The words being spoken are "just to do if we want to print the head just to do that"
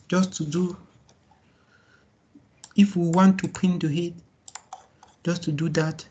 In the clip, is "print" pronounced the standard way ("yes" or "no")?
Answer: no